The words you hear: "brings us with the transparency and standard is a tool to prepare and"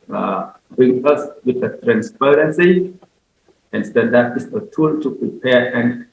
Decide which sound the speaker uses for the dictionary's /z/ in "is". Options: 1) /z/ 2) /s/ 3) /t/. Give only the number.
2